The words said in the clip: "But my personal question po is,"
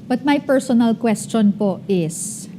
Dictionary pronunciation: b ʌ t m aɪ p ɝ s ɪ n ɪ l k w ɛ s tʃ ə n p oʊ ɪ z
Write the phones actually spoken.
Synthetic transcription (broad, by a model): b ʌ t m aɪ p ɝ s ɪ n ɪ l k w ɛ s tʃ ə n p oʊ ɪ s